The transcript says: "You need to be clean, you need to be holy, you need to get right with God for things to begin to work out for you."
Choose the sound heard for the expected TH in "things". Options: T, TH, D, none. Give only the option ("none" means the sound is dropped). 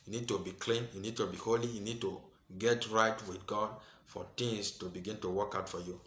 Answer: T